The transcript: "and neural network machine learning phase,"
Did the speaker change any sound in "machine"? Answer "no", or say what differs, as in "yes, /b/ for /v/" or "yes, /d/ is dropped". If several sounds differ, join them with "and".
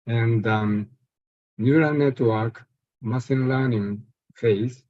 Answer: yes, /s/ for /ʃ/